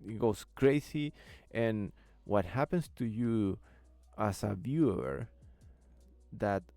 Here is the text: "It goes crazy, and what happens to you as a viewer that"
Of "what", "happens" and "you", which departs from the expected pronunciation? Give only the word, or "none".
happens